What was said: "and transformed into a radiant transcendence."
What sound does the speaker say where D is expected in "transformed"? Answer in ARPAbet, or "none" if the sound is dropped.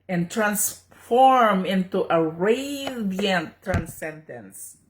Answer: none